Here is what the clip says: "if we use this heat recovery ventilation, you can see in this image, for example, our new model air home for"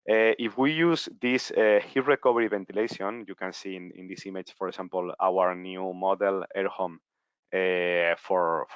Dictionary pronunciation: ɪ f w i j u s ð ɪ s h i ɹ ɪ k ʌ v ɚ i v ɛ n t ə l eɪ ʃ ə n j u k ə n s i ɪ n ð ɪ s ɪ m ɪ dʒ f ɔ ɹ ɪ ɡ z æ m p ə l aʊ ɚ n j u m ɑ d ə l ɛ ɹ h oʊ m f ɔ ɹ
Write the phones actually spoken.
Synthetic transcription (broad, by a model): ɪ f w i j u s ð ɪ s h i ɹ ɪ k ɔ b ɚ i b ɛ n t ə l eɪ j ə n j u k ə n s i ɪ n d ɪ s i m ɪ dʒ f ɔ ɹ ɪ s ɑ m p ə l aʊ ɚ n j u m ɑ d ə l ɛ ɹ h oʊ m f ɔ ɹ